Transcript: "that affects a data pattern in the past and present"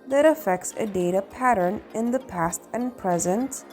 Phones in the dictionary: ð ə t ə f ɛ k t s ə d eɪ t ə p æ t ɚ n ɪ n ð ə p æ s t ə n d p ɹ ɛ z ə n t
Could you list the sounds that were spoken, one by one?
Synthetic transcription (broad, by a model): ð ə t ə f ɛ k t s ə d eɪ t ə p æ t ɚ n ɪ n ð ə p æ s t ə n p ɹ ɛ z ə n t